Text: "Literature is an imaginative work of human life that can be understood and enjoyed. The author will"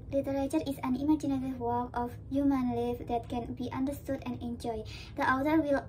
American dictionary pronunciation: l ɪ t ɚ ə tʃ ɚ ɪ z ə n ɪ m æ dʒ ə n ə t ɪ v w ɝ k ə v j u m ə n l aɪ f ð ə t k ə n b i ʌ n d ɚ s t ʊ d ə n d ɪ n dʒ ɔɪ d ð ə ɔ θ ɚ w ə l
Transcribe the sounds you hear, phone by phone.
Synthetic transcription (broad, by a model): l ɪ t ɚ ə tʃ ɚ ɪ s ə n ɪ m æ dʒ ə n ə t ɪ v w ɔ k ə f j u m ə n l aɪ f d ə t k ə n b i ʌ n d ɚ s t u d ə n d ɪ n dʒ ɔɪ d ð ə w t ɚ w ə l